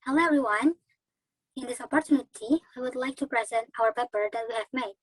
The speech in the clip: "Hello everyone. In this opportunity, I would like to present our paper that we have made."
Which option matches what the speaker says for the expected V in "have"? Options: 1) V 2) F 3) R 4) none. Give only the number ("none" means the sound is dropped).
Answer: 1